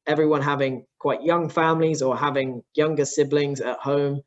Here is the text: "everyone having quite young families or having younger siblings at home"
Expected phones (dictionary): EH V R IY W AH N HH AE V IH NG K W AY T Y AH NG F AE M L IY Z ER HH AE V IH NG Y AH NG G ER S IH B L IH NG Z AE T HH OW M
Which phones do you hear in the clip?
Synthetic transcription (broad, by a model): EH V R IY W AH N HH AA V IH NG K W AY T Y AH NG F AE M L IY Z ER HH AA V IH NG Y AH NG G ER S IH B L IH NG Z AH T HH OW M